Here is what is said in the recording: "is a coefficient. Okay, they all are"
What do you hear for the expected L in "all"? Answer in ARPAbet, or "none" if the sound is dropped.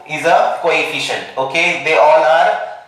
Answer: N